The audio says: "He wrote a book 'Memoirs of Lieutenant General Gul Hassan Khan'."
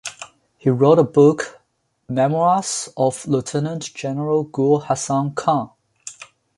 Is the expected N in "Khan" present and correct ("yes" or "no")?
no